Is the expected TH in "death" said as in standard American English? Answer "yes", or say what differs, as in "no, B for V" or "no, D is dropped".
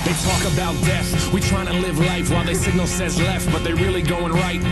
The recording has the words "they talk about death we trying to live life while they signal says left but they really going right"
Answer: no, S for TH